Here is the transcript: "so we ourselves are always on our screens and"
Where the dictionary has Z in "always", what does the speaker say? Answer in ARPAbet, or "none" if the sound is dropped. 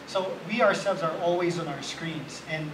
Z